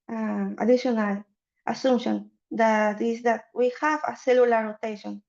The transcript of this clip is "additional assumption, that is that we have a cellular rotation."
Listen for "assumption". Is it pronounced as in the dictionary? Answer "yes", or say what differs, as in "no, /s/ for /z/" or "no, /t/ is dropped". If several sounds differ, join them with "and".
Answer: no, /p/ is dropped